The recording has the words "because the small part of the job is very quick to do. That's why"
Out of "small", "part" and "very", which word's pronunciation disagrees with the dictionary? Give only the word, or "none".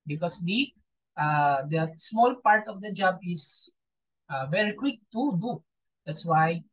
none